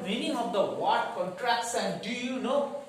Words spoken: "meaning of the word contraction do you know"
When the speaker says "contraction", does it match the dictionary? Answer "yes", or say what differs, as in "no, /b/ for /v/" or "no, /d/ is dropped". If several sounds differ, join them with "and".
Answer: no, /s/ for /ʃ/